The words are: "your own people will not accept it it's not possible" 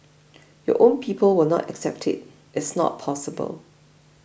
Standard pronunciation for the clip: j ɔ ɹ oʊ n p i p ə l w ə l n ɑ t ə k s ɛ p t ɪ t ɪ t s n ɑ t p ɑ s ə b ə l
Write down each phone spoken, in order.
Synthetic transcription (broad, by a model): j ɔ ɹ oʊ n p i p ə l w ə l n ɑ t ə k s ɛ p t ɪ t ɪ t s n ɑ t p ɑ s ə b ə l